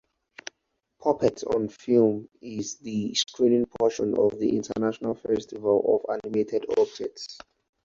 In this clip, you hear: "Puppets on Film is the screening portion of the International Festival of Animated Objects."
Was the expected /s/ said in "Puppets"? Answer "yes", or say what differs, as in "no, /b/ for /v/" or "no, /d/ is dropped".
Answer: no, /s/ is dropped